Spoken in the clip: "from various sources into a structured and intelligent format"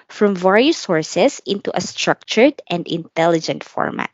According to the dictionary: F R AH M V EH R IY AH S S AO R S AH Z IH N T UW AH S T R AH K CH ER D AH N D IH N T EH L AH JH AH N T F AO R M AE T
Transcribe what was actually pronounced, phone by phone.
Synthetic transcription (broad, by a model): F R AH M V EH R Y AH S S AO R S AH S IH N T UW AH S T R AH K CH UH D AH N D IH N T EH L AH JH AH N T F AO R M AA T